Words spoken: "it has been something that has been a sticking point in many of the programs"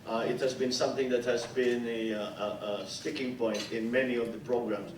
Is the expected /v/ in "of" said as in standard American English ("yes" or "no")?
yes